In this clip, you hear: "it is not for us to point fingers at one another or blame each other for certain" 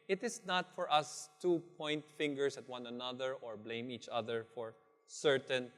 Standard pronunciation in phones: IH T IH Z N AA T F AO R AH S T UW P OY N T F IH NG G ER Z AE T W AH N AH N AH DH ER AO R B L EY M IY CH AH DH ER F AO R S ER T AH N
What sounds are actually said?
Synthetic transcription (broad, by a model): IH T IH S N AA T F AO R AH S T UW P OY N T F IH NG G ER S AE T W AH N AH N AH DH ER AO R B L EY M IY CH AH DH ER F AO R S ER T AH N